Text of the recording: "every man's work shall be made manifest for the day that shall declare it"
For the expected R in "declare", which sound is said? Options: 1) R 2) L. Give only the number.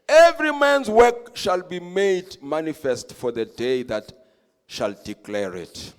1